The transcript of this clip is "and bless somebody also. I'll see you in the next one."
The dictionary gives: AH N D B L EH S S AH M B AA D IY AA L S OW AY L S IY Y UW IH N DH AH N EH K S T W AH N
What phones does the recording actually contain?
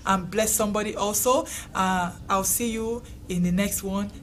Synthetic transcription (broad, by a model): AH N B L EH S S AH M B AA D IY AA L S OW AY W S IY Y UW IH N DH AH N EH K S T W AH N